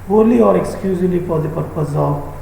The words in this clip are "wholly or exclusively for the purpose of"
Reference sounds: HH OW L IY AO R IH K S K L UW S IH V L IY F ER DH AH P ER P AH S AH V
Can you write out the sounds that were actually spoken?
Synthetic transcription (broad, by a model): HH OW L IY AO R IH K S K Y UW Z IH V L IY P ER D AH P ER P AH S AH